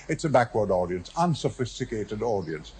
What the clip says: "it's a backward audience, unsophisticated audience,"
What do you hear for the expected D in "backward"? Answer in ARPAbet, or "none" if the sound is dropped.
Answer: D